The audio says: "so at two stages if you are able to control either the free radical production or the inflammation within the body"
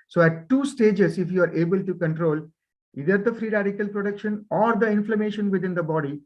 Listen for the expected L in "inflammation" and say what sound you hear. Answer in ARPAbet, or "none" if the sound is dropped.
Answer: L